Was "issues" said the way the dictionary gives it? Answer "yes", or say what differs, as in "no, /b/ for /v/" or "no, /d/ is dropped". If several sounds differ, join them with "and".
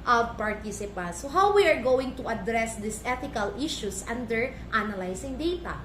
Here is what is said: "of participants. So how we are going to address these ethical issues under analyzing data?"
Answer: no, /s/ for /z/